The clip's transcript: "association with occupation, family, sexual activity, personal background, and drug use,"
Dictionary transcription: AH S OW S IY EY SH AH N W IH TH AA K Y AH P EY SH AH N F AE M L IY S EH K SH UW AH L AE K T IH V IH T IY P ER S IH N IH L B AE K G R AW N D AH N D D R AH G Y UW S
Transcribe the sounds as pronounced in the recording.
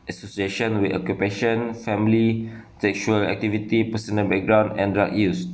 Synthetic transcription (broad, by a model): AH S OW S IY EY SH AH N W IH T AA K Y AH P EY SH AH N F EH M L IY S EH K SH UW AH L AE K T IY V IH T IY P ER S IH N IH N B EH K G R AW N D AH N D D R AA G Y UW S